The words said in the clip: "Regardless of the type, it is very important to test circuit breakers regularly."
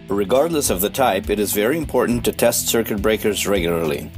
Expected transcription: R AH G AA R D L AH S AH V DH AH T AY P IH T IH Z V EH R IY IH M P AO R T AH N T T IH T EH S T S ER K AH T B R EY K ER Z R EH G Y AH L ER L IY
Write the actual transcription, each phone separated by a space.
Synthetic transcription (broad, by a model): R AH G AA R D L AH S AH V DH AH T AY P IH T IH Z V EH R IY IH M P AO R T N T T IH T EH S T S ER K AH T B R EY K ER Z R EH G Y L ER L IY